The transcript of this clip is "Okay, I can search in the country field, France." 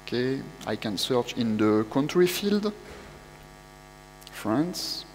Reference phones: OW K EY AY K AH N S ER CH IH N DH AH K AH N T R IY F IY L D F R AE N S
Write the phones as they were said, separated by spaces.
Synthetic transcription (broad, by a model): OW K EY AY K AH N S ER CH IH N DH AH K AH N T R IY F IY L D F R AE N S